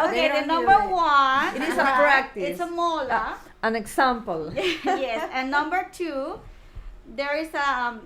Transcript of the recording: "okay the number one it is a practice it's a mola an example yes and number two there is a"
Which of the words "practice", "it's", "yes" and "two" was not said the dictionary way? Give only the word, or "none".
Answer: practice